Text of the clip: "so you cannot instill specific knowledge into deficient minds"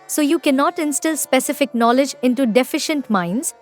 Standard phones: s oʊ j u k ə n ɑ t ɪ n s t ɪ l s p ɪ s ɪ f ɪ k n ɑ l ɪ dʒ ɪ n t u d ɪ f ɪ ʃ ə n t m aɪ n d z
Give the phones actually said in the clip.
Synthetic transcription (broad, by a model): s oʊ j u k ə n ɑ t ɪ n s t ɪ l s p ɪ s ɪ f ɪ k n ɑ l ɪ dʒ ɪ n t u d ɪ f ɪ ʃ ə n t m aɪ n d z